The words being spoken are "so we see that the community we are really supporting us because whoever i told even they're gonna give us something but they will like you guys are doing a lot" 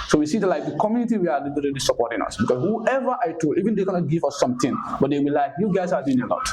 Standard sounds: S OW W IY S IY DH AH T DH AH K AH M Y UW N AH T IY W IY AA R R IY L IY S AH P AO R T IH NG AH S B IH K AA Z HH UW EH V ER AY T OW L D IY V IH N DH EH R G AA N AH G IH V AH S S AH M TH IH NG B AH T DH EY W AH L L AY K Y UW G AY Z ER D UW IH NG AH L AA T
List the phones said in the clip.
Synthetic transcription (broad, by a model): S OW W IY S IY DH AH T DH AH K AH M Y UW N AH T IY W IY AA L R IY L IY S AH P AO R T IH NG AH S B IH K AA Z HH UW EH V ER AY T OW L IY V IH N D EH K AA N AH G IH V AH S S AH M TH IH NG B AH T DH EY W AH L L AY K Y UW G AY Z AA D UW IH NG AH L AA T